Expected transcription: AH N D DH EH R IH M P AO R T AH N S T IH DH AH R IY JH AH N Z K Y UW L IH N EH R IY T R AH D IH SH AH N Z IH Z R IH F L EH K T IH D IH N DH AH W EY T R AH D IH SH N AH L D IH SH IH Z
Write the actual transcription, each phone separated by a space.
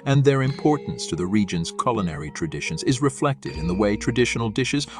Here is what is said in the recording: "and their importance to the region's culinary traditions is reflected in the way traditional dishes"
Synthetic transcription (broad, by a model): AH N DH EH R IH M P AO R T N S T IH DH AH R IY JH AH N Z K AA L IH N EH R IY T R AH D IH SH AH N Z IH Z R IH F L EH K T IH D IH N DH AH W EY T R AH D IH SH N L D IH SH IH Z